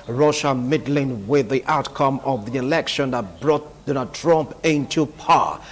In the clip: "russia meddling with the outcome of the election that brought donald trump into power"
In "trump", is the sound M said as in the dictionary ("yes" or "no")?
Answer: yes